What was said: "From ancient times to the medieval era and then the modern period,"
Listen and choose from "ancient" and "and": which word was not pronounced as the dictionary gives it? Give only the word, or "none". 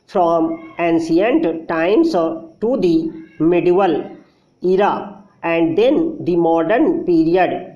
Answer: ancient